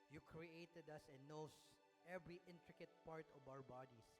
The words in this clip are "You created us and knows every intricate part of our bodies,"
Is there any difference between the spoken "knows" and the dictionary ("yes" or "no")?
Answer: yes